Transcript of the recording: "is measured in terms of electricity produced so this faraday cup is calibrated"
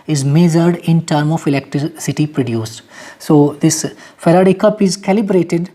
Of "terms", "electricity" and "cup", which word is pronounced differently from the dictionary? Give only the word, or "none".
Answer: terms